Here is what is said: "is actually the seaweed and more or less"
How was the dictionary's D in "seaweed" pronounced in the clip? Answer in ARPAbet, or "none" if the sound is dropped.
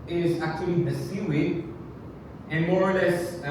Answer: none